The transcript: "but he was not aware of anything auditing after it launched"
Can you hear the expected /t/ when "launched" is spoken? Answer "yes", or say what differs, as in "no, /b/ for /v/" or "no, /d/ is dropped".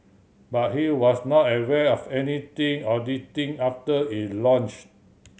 no, /t/ is dropped